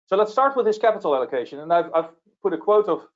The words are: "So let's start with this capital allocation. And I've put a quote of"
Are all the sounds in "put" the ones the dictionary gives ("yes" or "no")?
yes